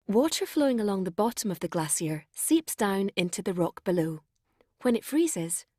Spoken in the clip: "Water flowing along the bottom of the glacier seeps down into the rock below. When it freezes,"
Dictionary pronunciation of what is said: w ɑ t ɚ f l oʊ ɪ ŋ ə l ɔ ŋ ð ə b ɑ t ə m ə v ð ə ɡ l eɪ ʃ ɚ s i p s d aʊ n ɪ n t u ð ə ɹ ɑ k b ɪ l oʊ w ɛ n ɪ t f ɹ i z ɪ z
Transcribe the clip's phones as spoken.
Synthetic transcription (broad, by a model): w ɑ t ɚ f l oʊ ɪ ŋ ə l ɔ ŋ ð ə b ɑ t ə m ə v ð ə ɡ l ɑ s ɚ s i p s d aʊ n ɪ n t u ð ə ɹ ɑ k b ɪ l oʊ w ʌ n ɪ t f ɹ i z ɪ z